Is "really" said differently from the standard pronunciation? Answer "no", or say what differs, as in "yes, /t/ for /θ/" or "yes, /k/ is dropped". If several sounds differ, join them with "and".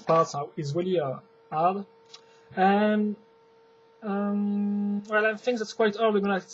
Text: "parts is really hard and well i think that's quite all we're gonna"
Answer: no